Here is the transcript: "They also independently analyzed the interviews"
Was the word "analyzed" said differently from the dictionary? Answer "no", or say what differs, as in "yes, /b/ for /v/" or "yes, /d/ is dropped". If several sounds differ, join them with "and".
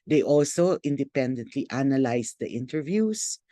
yes, /s/ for /z/